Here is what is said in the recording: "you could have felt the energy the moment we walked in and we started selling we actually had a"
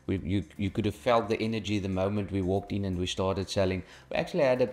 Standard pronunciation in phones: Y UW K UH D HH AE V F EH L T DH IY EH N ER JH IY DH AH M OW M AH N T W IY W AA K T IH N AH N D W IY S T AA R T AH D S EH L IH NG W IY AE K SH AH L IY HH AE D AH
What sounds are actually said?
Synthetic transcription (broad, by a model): Y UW K UH D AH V F EH L T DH IY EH N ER JH IY DH AH M OW M AH N T W IY W AA K T IH N AH N D W IY S T AA R T AH D S EH L IH NG W IY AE K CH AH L IY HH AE D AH